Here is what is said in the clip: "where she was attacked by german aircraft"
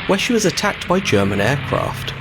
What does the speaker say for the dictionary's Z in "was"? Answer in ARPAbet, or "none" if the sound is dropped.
Z